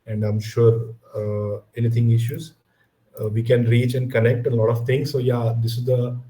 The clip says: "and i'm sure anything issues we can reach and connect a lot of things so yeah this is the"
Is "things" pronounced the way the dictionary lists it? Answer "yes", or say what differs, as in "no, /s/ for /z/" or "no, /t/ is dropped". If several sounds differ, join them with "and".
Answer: no, /t/ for /θ/